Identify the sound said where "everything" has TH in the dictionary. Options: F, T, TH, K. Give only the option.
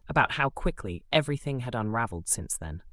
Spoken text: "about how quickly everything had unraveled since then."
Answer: TH